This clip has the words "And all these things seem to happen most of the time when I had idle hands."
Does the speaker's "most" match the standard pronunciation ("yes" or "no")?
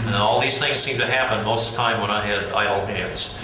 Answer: no